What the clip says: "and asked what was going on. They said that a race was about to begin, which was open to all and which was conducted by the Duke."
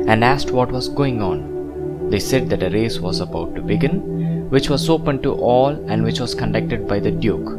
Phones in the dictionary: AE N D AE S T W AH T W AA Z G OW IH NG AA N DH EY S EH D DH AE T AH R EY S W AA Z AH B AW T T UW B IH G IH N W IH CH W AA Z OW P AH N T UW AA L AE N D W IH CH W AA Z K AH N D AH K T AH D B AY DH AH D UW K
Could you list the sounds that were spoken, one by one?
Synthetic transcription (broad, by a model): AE N D AE S T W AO T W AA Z G OW IH NG AA N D EY S EH D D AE T AH R EY S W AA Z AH B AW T T UW B IH G IH N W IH CH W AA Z OW P AH N T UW AA L AE N D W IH CH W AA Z K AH N D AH K T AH D B AY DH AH D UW K